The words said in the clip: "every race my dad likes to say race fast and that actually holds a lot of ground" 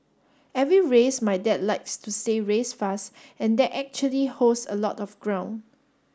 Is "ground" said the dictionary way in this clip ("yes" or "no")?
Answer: no